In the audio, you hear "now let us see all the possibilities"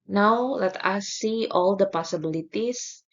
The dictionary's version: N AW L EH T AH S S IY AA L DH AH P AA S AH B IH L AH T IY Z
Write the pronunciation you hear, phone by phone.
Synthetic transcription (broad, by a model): N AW L EH T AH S S IY AA L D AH P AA S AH B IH L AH T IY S